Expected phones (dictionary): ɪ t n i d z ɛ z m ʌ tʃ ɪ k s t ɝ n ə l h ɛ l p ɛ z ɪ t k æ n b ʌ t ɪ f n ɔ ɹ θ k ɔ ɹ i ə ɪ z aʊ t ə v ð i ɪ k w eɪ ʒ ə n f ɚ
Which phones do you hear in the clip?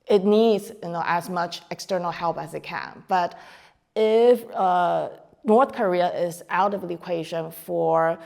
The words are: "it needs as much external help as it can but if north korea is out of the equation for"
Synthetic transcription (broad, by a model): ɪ t n i d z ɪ z m ʌ tʃ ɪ k s t ɝ n l h ɛ l p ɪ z ɪ t k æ n b ʌ t ɪ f n ɔ ɹ θ k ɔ ɹ i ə ɪ z aʊ t ə v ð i ɪ k w eɪ ʒ ə n f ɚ